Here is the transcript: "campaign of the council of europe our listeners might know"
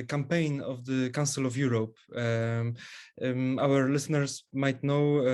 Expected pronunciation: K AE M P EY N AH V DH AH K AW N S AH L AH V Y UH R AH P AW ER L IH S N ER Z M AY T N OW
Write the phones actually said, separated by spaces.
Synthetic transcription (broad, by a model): K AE M P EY N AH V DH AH K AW S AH L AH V Y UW R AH P AW ER L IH S N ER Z M AY T N OW